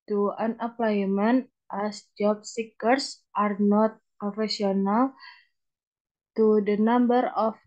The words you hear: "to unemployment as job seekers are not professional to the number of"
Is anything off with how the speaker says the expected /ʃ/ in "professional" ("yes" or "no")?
yes